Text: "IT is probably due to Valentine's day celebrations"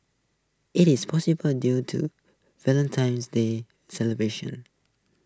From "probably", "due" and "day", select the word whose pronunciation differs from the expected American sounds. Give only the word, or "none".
probably